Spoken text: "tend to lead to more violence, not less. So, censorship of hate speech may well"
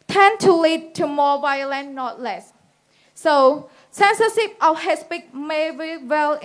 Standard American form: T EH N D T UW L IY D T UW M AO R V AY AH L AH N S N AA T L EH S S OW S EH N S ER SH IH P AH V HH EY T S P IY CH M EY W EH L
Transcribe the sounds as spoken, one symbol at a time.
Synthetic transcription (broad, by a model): T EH N T UW L IY D T UW M AO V AY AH L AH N N AA T L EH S S OW S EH N S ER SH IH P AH F HH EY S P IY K M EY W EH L